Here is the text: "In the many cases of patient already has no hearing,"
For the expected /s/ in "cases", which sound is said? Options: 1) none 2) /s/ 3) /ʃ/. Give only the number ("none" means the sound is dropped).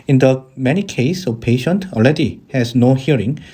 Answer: 1